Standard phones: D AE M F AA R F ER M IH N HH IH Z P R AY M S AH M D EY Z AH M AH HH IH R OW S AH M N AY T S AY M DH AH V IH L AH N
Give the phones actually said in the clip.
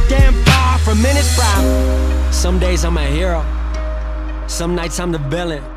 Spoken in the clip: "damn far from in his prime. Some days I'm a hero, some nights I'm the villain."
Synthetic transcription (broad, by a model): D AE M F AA F ER M IH N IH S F R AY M S AH M D EY Z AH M AH HH IH R OW S AH M N AY T S AY M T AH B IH L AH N